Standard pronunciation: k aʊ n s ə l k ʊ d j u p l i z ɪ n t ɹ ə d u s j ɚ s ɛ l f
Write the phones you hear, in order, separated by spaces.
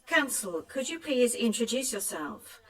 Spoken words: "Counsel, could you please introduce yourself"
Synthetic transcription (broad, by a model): k aʊ n s ə l k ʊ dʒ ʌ p l i z ɪ n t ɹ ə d u s j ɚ s ɛ l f